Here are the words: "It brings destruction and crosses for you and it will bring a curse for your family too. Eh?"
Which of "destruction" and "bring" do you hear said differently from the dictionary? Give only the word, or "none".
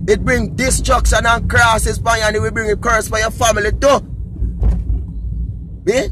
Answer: destruction